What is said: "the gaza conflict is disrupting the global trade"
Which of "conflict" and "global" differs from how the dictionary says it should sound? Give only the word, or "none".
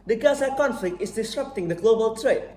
none